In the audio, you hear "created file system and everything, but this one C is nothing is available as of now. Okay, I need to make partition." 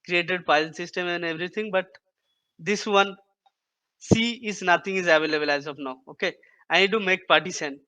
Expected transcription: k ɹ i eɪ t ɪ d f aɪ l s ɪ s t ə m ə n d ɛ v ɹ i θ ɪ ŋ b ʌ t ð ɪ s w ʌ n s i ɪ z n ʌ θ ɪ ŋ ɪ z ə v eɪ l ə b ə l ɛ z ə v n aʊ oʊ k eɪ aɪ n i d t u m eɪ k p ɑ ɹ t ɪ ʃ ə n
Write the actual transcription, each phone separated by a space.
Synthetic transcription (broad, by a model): k ɹ i eɪ t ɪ d p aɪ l s ɪ s t ə m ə n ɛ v ɹ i t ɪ ŋ b ʌ t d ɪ s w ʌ n s i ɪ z n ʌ t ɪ ŋ ɪ z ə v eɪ l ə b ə l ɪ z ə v n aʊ oʊ k eɪ aɪ n i d t u m eɪ k p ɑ ɹ t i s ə n